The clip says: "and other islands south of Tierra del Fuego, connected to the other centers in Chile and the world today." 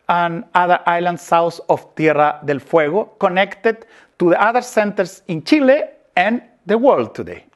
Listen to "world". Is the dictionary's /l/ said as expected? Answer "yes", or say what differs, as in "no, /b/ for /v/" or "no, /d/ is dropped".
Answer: yes